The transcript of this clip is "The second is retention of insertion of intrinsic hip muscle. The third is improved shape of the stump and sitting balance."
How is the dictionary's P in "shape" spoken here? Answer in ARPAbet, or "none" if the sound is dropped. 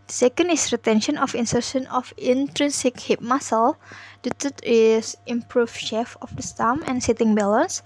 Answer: F